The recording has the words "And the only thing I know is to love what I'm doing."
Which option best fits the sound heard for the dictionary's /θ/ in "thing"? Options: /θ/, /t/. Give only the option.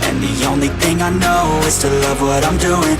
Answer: /θ/